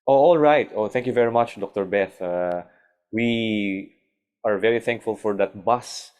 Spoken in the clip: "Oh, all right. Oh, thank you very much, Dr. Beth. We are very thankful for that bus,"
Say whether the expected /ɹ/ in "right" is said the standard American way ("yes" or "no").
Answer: yes